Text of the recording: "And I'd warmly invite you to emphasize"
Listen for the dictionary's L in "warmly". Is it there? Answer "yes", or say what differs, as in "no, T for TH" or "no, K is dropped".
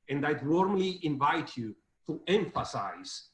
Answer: yes